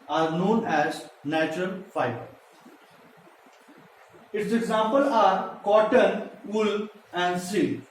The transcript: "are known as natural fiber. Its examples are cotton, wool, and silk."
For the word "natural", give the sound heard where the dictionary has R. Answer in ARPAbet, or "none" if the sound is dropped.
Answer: R